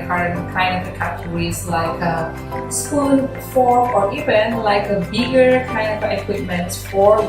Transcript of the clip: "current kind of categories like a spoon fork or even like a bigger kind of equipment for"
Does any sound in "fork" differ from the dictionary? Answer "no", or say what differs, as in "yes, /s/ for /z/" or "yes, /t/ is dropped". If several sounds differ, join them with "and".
yes, /k/ is dropped